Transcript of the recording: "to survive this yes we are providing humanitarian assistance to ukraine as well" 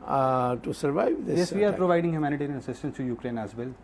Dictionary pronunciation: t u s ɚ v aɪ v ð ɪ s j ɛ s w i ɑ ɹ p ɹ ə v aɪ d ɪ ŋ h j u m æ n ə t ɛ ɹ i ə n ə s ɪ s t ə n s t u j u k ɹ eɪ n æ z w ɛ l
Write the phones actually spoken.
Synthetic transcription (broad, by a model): t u s ɚ v aɪ v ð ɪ j ɛ s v i ɑ ɹ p ɹ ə v aɪ d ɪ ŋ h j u m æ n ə t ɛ ɹ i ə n ə s ɪ s t ə n s t u j u k ɹ eɪ n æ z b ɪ l